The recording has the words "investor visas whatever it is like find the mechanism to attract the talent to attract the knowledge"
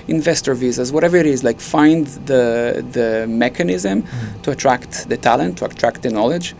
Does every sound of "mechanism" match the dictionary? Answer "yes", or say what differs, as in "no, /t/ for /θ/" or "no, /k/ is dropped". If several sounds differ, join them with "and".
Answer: yes